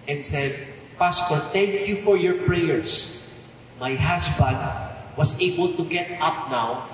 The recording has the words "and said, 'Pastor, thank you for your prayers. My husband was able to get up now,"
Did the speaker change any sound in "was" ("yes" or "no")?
yes